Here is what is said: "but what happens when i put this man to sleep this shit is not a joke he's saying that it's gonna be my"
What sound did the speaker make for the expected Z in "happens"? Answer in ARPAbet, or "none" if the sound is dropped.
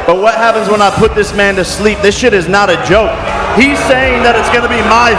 Z